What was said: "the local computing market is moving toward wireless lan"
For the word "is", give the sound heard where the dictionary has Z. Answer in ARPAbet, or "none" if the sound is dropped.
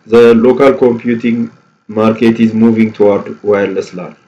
Z